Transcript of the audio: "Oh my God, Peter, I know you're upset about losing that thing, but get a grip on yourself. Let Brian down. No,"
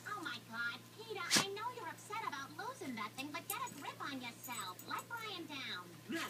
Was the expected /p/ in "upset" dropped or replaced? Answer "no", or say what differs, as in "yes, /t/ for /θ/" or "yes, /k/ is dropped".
no